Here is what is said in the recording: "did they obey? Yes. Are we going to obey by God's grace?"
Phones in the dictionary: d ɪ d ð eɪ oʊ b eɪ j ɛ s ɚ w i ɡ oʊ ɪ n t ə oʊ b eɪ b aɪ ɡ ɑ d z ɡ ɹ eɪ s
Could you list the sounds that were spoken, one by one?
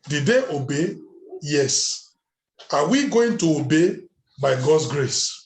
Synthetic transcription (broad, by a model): d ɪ d eɪ oʊ b eɪ j ɛ s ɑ w i ɡ oʊ ɪ n t ə oʊ b eɪ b aɪ ɡ ɑ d ɡ ɹ eɪ s